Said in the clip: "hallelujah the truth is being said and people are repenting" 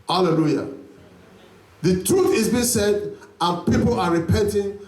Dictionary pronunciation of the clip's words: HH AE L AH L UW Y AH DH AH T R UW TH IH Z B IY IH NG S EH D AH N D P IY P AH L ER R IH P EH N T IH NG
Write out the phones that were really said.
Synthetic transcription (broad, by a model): HH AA L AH L UW Y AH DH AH T R UW TH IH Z B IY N S EH D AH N P IY P AH L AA R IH P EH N T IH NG